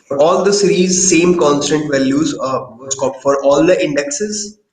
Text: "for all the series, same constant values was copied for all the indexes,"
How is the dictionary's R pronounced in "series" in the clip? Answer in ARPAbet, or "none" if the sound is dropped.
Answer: R